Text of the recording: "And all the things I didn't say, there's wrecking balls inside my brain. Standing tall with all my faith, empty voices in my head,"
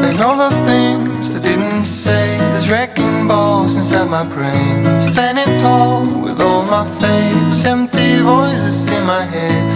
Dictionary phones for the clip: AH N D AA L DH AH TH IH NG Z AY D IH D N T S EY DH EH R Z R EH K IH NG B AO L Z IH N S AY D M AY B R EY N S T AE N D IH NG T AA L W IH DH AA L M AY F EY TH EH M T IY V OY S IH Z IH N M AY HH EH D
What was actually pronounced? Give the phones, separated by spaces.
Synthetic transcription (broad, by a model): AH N AA L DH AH TH IH NG Z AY D IH D N T S EY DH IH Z R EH K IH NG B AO Z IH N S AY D M AY B R EY N S T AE N D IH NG T AA L W IH DH AA L M AY F EY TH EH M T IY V OY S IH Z IH N M AY HH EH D